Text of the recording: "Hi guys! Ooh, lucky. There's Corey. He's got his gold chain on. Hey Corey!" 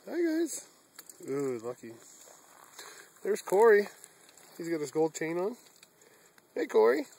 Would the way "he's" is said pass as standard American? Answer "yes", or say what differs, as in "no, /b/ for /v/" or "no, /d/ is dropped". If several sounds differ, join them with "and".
yes